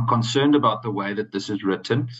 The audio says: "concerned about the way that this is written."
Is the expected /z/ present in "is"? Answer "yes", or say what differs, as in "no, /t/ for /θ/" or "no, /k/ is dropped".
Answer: yes